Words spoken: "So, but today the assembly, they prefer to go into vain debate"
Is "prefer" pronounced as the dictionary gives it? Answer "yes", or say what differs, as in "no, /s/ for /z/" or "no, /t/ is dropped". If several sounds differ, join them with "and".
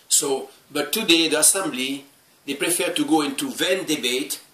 yes